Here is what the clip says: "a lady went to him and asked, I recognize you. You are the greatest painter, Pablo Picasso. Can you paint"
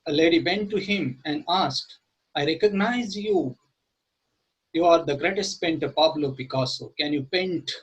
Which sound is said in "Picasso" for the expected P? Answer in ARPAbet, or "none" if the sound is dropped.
B